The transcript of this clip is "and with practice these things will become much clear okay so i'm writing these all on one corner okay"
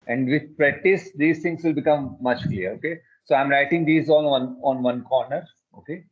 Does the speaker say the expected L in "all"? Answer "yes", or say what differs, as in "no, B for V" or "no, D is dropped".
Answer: no, N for L